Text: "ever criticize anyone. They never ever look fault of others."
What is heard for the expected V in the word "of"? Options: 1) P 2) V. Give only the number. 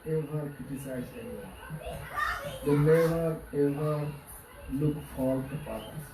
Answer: 1